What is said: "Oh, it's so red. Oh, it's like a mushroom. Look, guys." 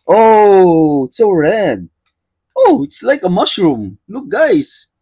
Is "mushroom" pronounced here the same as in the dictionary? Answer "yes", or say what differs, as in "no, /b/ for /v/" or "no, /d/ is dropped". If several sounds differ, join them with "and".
yes